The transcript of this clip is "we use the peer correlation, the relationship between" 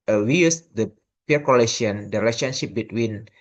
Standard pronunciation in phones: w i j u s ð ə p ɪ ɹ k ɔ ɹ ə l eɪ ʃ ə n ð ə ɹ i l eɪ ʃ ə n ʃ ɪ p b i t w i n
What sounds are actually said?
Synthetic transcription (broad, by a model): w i j u s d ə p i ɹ k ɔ l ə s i ə n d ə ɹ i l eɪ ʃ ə n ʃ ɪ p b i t w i n